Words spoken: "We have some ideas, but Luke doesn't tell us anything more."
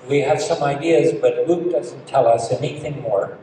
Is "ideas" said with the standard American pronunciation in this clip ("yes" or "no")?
yes